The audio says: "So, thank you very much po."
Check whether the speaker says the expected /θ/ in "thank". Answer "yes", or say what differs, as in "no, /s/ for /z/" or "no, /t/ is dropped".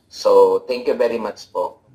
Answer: no, /t/ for /θ/